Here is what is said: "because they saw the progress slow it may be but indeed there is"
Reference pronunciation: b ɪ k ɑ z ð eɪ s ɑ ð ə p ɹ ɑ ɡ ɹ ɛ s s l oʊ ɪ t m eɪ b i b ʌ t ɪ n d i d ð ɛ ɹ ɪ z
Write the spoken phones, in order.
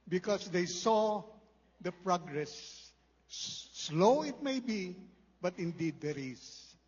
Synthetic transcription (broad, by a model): b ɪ k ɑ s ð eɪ s ɑ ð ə p ɹ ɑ ɡ ɹ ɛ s s l oʊ ɪ t m eɪ b i b ʌ t ɪ n d i d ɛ ɹ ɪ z